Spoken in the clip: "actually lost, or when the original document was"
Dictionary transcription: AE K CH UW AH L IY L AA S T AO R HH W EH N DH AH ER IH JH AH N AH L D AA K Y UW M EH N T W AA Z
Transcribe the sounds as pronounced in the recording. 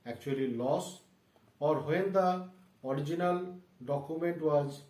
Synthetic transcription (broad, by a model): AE K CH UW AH L IY L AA S AO R HH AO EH N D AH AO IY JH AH N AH L D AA K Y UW M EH N T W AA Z